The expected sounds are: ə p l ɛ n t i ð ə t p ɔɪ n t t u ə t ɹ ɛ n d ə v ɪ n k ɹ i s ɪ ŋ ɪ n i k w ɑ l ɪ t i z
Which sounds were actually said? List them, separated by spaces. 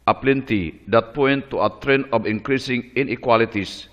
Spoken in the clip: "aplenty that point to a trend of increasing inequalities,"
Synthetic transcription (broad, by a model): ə p l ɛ n t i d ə t p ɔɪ n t t u ə t ɹ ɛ n ə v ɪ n k ɹ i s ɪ ŋ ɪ n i k w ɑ l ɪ t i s